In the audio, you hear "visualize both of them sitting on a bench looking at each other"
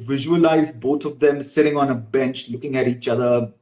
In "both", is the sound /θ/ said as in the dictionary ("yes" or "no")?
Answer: no